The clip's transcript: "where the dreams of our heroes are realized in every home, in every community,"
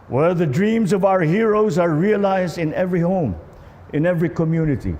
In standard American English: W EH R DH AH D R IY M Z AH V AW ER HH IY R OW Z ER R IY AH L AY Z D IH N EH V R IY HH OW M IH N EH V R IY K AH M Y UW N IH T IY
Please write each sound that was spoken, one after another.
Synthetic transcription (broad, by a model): W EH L DH AH D R IY M Z AH V AW ER HH IY R OW Z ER R IY AH L AY Z D IH N EH V R IY HH OW M IH N EH V R IY K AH M Y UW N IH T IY